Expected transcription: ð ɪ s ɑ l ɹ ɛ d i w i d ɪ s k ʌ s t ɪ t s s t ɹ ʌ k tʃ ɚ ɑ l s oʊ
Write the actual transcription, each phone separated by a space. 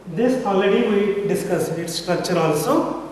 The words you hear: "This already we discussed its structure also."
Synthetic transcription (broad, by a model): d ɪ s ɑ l ɛ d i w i d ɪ s k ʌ s ɪ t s s t ɹ ʌ k tʃ ɚ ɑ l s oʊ